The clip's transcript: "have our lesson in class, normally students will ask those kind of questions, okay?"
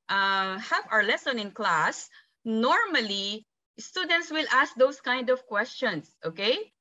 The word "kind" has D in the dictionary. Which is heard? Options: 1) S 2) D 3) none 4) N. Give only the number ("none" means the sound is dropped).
2